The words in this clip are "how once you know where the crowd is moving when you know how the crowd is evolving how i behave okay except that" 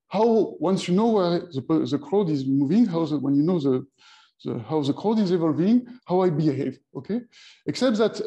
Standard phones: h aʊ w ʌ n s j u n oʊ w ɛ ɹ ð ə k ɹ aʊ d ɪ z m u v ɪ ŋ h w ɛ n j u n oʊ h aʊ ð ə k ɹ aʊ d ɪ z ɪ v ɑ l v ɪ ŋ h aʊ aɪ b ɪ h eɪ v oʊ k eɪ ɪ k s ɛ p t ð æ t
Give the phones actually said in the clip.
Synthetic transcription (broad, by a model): h aʊ w ʌ n s j u n oʊ w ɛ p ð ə k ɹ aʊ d ɪ z m u v ɪ ŋ h w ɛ n j u n oʊ h aʊ ð ə k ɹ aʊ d ɪ z ɪ v ɑ l v ɪ ŋ h aʊ aɪ b ɪ h eɪ v oʊ k eɪ ɪ k s ɛ p t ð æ t